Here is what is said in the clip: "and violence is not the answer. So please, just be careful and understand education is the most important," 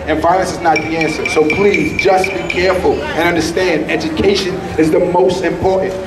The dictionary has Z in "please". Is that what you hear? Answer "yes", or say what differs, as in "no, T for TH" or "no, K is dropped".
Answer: yes